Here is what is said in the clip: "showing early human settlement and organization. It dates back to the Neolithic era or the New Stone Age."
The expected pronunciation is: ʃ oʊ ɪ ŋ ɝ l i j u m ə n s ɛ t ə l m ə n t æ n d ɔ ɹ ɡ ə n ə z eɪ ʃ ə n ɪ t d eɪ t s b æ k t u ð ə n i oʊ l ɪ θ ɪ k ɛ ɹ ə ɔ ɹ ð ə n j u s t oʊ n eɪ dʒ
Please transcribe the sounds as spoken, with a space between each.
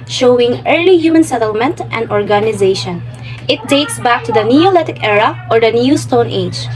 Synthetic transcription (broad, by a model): ʃ oʊ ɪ ŋ ɝ l i j u m ə n s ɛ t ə l m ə n t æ n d ɔ ɹ ɡ ə n ə z eɪ ʃ ə n ɪ t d eɪ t s b æ k t u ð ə n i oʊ l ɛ t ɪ k ɛ ɹ ə ɔ ɹ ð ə n j u s t oʊ n eɪ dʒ